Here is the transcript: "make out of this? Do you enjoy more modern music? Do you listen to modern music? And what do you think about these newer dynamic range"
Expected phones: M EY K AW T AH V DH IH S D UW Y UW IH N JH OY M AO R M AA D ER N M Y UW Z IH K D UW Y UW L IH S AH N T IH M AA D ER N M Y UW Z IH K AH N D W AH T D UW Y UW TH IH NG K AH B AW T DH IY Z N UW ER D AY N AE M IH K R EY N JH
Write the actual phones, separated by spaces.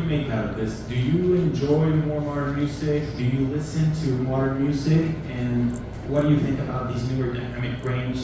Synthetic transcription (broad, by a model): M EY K AW T AH V DH IH S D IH Y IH IH N JH OY M AO R M AA D ER N M Y UW Z IH K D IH Y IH L IH S AH N T IH M AA D ER N M Y UW Z IH K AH N W AH T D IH Y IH TH IH NG K AH B AW T DH IY Z N UW ER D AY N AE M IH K R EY N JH